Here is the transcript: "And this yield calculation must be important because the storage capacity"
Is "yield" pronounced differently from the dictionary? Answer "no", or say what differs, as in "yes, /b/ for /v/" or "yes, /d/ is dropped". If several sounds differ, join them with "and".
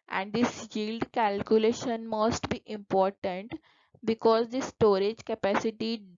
no